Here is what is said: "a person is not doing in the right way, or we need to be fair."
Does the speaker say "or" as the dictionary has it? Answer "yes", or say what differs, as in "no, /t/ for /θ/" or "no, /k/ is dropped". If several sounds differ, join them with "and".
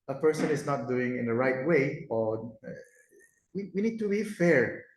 no, /w/ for /ɹ/